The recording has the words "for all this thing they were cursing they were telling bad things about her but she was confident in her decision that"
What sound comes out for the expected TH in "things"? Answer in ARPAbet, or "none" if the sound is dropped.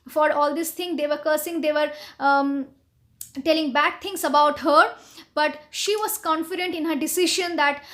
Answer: T